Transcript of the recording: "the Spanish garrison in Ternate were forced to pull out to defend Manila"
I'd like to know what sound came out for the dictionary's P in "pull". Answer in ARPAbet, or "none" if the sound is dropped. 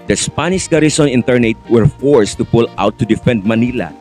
P